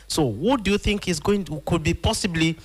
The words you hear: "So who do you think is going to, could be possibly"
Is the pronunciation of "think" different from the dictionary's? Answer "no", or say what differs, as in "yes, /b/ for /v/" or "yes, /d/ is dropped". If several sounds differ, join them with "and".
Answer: no